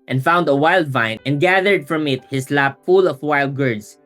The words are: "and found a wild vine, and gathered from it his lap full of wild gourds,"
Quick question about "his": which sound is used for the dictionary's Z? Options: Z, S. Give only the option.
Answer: S